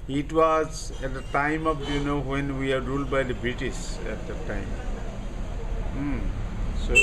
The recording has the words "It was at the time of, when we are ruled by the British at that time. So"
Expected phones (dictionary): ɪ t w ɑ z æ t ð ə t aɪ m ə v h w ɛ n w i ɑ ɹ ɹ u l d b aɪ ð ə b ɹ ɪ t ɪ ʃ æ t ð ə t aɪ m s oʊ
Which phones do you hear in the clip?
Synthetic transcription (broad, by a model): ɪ t w ɑ z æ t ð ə t aɪ m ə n h w ɛ n w i ɑ ɹ ɹ u l d b aɪ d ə b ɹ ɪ t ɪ s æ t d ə t aɪ m s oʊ